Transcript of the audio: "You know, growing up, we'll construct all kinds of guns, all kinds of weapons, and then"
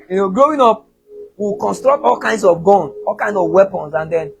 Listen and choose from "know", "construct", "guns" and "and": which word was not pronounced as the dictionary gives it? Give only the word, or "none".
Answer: guns